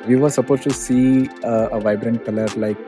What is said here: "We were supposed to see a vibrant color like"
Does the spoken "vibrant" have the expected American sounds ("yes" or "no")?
yes